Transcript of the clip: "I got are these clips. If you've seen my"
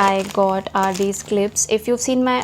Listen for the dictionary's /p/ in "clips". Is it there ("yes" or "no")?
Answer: yes